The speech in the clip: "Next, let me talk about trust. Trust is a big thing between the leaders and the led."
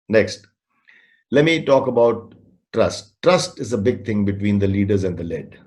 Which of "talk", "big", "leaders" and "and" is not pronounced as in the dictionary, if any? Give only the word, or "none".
none